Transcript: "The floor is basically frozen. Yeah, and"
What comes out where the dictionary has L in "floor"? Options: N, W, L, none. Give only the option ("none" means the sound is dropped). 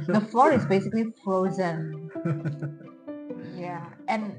L